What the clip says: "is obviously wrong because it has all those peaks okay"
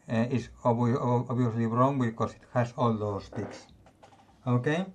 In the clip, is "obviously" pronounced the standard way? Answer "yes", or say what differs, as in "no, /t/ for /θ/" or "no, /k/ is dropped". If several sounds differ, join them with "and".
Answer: no, /b/ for /v/